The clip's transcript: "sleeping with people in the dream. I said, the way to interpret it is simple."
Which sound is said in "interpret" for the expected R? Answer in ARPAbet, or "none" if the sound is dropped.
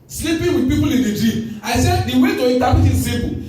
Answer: none